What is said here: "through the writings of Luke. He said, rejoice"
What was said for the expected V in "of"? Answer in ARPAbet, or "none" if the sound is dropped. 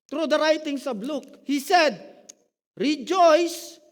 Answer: B